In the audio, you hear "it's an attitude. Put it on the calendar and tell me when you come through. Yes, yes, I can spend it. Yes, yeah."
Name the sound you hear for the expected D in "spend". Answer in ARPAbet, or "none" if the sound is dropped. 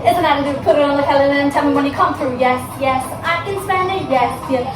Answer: none